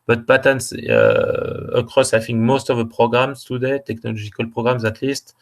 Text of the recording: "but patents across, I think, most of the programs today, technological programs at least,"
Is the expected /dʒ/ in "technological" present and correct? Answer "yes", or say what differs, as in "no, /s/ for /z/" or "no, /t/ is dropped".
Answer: no, /ʒ/ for /dʒ/